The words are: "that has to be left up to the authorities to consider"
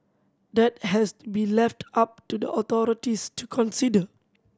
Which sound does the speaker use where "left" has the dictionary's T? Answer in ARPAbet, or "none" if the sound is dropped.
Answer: T